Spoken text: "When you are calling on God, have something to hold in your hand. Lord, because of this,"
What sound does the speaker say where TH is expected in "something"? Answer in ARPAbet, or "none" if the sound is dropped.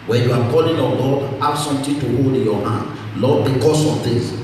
T